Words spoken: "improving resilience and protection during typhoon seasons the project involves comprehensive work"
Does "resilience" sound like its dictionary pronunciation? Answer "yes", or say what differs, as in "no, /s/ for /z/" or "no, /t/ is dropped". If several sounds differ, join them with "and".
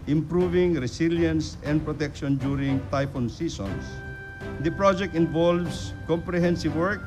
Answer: no, /s/ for /z/